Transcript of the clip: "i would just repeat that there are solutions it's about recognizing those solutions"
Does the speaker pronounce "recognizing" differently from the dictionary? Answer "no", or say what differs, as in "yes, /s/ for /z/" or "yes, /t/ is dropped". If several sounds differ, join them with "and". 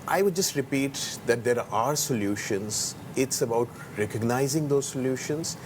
no